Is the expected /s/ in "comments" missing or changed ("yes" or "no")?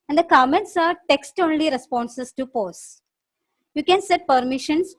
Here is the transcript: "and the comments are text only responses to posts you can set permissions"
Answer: no